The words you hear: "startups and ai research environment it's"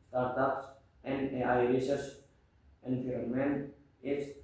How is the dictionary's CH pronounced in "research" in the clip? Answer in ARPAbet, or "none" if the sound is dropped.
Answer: S